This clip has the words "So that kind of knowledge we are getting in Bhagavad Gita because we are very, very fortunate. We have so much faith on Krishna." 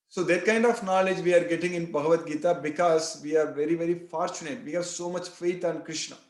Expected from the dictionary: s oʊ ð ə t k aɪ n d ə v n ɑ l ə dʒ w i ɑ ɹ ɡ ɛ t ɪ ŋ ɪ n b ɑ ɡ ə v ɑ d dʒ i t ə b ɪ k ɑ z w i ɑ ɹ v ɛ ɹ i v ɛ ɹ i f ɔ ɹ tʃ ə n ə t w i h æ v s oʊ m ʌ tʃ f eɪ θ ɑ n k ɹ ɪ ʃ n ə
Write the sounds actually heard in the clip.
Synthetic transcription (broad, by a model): s oʊ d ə t k aɪ n d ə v n ɑ l ə dʒ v i ɑ ɹ ɡ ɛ t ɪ ŋ ɪ n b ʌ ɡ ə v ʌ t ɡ i t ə b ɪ k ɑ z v i ɑ ɹ v ɛ ɹ i v ɛ ɹ i f ɔ ɹ tʃ ə n ə t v i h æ v s oʊ m ʌ tʃ f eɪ t ɑ n k ɹ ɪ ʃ n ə